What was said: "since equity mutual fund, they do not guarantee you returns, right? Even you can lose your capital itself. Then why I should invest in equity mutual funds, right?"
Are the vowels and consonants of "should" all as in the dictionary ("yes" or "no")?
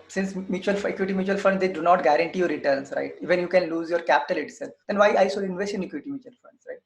no